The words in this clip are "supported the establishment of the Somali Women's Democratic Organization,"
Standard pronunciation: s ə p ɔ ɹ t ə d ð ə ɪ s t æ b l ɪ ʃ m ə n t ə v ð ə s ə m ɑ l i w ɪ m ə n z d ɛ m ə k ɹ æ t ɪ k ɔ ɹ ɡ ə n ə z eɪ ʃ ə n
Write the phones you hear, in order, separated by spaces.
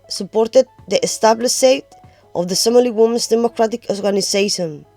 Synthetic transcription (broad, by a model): s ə p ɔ ɹ t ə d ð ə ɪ s t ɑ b l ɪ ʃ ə t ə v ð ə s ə m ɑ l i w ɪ m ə n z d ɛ m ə k ɹ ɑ t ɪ k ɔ ɹ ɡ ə n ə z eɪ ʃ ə n